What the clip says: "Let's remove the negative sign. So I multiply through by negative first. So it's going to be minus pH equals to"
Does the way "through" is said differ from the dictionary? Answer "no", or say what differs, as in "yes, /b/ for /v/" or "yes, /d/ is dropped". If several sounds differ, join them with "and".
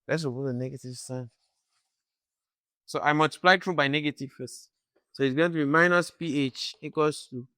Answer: yes, /t/ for /θ/